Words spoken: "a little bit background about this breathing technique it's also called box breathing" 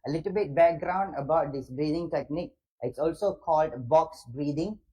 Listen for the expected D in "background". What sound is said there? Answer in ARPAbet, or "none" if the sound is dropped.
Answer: D